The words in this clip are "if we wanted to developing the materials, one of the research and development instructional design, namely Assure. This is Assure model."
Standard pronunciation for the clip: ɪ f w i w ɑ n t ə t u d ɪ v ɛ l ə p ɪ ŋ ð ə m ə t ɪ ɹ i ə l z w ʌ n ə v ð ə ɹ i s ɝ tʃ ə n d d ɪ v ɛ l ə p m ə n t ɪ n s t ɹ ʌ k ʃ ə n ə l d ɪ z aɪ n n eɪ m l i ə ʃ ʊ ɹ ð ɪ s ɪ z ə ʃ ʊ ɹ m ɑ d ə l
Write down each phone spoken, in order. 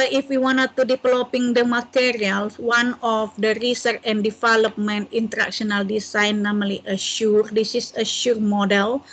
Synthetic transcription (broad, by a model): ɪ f w i w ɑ n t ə t u d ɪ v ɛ l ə p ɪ ŋ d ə m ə t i ɹ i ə l s w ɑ n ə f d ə ɹ i s ɝ tʃ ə n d d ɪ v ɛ l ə p m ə n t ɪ n t ɹ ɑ k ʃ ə n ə l d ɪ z aɪ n n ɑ m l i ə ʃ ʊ ɹ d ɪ s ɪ s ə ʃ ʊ ɹ m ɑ d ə l